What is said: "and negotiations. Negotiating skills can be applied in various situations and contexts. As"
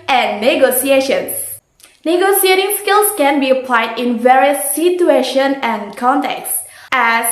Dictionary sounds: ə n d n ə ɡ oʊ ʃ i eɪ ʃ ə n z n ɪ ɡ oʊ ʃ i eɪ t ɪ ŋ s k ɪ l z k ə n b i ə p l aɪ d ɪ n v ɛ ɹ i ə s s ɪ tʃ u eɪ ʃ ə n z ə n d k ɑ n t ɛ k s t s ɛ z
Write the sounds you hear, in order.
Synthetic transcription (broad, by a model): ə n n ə ɡ oʊ s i eɪ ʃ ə n s n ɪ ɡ oʊ s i eɪ t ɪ ŋ s k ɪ l s k ə n b i ə p l aɪ d ɪ n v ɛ ɹ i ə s s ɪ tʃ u eɪ ʃ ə n ə n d k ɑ n t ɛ k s s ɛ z